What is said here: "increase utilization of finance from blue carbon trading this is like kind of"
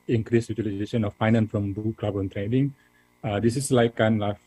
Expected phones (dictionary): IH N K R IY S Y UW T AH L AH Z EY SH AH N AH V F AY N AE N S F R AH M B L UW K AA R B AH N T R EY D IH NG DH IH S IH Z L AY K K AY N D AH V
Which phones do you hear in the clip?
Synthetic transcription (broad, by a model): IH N K R IY S Y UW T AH L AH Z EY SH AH N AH F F AY N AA N S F R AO M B UW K AA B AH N T R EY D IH NG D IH S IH S L AY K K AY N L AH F